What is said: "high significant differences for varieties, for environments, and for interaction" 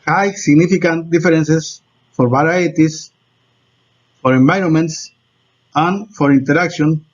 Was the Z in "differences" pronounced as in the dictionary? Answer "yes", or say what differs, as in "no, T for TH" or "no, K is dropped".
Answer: no, S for Z